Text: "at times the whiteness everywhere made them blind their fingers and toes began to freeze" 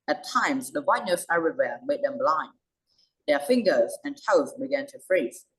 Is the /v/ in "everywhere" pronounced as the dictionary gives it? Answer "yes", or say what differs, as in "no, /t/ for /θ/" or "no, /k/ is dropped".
no, /v/ is dropped